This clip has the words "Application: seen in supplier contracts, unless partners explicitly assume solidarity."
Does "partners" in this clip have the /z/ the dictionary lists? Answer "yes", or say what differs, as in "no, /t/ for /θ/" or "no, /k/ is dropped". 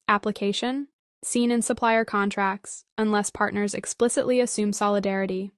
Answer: yes